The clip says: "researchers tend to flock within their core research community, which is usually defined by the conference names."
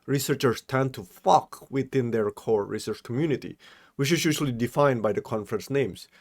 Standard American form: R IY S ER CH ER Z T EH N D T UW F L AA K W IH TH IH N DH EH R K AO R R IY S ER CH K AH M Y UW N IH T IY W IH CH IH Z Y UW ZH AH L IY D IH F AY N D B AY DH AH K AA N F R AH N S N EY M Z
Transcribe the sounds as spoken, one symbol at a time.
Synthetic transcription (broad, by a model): R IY S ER CH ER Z T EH N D T UW F AA K W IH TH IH N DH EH R K AO R R IY S ER CH K AH M Y UW N IH T IY W IH CH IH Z Y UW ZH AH L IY D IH F AY N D B AY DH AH K AA N F R AH N S N EY M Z